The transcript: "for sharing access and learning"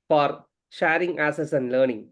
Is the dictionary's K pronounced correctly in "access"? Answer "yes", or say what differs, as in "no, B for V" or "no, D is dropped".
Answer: no, K is dropped